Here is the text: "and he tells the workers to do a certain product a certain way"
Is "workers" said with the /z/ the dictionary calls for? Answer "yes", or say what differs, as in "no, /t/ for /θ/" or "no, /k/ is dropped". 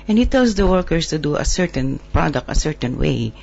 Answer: no, /s/ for /z/